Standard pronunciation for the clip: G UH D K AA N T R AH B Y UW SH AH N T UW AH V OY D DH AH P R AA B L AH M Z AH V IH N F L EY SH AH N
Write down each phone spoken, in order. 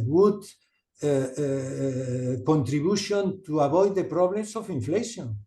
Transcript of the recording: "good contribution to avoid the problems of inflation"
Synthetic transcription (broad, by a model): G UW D K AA N T R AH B Y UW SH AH N T UW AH B OY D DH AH P R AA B L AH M S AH F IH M F L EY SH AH N